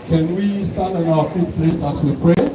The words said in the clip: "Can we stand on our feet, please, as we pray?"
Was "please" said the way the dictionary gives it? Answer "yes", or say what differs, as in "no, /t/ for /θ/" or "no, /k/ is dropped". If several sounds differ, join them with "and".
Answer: no, /s/ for /z/